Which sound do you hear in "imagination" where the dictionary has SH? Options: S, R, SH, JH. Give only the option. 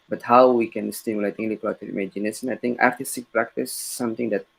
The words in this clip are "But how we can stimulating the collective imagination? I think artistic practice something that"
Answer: S